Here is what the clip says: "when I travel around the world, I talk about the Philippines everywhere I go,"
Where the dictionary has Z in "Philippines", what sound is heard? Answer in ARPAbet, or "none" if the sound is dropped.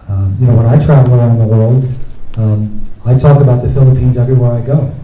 Z